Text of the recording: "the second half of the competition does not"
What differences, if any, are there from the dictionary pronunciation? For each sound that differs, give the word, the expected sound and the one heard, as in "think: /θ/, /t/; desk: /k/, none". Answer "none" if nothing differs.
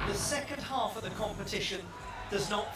none